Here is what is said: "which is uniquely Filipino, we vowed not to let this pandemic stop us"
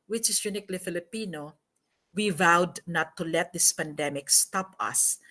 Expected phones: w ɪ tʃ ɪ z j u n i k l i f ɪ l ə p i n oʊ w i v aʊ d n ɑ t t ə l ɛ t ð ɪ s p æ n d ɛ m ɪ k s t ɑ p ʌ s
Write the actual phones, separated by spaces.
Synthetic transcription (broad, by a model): w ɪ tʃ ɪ s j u n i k l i f ɪ l ə p i n oʊ w i v aʊ d n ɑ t t ə l ɛ t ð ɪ s p æ n d ɛ m ɪ k s t ɑ p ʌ s